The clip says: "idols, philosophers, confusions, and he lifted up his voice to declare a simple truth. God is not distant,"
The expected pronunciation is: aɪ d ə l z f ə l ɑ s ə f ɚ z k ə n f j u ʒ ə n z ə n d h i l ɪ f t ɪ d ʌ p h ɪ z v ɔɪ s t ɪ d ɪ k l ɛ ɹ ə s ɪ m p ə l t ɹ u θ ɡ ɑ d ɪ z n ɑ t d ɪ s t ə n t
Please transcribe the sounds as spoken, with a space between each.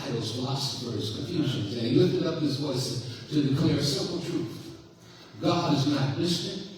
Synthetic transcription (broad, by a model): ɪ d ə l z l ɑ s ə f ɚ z k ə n f j u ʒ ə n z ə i l ɪ f t ɪ d ʌ p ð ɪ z v ɔɪ s t ɪ d ɪ k l ɛ ɹ s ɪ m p l t ɹ u θ ɡ ɑ d ɪ z n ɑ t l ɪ s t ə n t